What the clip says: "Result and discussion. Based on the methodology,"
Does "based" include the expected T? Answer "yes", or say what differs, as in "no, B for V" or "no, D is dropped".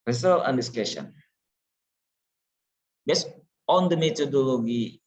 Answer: no, T is dropped